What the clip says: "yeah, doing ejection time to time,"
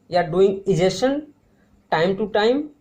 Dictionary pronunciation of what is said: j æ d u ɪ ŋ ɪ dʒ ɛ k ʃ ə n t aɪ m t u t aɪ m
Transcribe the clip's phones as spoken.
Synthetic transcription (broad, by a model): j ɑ d u ɪ ŋ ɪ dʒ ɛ ʃ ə n t aɪ m t u t aɪ m